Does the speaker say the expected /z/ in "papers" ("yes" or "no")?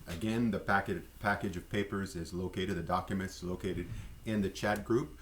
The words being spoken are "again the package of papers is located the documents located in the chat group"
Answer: yes